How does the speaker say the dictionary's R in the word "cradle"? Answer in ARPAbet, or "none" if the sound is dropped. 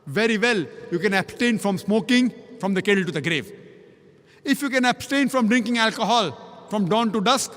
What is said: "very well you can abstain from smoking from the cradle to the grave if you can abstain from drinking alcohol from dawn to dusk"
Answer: none